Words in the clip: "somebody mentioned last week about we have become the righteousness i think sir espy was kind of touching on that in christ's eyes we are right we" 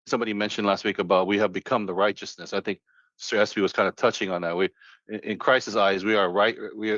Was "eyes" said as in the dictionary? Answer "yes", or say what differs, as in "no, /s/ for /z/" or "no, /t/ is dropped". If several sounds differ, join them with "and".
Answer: yes